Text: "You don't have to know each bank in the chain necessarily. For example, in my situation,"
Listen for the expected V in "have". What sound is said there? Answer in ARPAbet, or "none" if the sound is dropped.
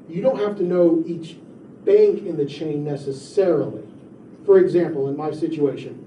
F